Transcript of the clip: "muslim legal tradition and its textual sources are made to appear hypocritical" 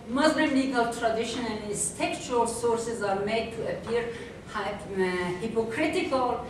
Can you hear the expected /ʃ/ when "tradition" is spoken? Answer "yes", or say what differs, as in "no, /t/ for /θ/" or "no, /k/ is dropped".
yes